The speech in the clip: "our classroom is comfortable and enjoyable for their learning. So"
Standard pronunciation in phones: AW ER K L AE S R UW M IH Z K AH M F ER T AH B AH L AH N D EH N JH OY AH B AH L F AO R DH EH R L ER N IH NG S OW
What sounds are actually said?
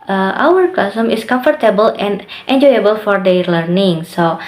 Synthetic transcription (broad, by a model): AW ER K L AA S AH M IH S K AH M F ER T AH B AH L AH N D EH N JH OY AH B AH L F AO R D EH L ER N IH NG S OW